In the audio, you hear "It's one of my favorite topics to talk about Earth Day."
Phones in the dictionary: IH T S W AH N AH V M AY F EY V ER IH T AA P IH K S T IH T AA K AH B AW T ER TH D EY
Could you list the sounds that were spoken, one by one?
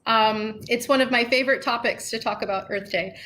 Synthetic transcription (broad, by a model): IH T S W AH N AH V M AY F EY V ER IH T AA P IH K S T IH T AA K AH B AW T ER TH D EY